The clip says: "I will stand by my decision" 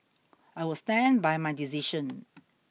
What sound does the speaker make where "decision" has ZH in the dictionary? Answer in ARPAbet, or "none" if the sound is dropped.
SH